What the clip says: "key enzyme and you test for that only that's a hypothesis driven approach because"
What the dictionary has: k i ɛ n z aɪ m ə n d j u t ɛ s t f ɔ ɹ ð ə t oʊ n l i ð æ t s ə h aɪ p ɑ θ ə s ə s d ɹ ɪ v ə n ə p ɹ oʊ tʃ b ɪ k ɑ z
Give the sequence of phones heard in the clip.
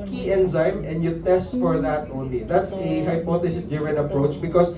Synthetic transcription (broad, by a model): k i ɛ n z aɪ m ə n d j u t ɛ s t f ɔ ɹ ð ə t oʊ n l i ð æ t s ə h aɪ p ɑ t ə s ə s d ɪ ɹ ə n ə p ɹ oʊ tʃ b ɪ k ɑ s